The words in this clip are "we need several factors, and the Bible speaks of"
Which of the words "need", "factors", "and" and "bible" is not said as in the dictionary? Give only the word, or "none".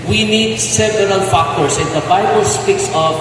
factors